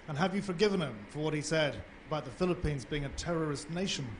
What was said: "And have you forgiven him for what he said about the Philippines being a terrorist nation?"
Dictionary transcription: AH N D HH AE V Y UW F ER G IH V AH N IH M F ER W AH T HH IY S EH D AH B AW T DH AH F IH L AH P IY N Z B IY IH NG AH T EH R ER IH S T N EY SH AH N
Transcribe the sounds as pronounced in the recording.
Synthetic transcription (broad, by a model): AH N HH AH V Y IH F ER G IH V AH N IH M F ER W AH T HH IY S EH D AH B AW T DH AH F IH L AH P IY N Z B IY IH NG AH T EH R ER IH S T N EY SH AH N